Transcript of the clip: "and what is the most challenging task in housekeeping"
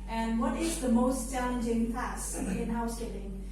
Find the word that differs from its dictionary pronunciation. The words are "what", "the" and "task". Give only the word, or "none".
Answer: task